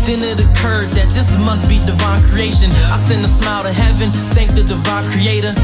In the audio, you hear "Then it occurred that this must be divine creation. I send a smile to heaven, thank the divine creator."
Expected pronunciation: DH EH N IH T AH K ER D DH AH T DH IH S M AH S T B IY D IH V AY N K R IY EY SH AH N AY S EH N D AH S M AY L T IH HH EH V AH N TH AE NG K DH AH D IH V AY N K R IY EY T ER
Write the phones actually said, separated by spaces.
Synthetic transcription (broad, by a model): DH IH N IH T AH K ER D DH AH T DH IH S M AH S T B IY D IH V AY N K R IY EY SH AH N AY S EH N AH S M AY L T IH HH EH V AH N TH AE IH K DH AH D IH V AY N K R IY EY T ER